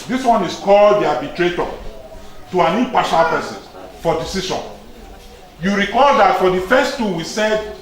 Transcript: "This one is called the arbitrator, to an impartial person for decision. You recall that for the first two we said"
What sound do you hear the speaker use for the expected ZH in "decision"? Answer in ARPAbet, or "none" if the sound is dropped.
SH